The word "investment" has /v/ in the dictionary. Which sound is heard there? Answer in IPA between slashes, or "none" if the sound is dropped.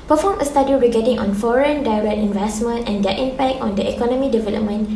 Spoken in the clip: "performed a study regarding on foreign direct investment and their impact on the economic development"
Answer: /v/